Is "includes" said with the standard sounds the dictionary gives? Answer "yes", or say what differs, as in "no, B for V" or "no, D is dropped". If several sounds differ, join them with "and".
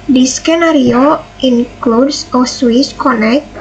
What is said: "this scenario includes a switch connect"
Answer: no, S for Z